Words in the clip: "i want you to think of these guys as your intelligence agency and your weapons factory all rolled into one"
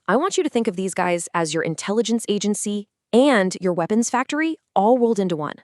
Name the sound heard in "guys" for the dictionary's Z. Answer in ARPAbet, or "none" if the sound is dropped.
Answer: Z